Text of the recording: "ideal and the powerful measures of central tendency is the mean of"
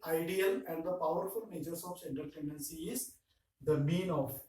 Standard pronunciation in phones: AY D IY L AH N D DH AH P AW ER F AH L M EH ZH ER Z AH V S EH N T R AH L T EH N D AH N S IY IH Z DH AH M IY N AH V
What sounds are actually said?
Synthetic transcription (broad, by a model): AY D IY L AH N D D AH P AW ER F AH L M EH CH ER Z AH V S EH N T AH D T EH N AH N S IY IH Z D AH M IY N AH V